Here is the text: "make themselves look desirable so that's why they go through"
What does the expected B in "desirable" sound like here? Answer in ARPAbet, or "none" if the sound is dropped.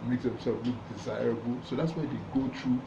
B